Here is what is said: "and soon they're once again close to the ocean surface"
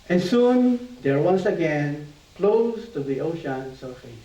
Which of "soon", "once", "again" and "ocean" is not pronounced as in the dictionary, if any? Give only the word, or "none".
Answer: once